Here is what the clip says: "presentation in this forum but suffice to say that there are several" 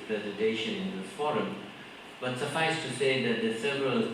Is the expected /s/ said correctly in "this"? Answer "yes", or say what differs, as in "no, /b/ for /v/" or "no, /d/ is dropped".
no, /s/ is dropped